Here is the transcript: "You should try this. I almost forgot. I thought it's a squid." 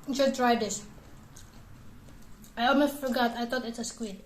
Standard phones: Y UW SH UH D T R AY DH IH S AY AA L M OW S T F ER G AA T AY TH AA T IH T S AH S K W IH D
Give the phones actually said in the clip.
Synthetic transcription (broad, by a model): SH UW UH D T R AY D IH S AY AA L M OW S T F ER G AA T AY T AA T IH T S AH S K W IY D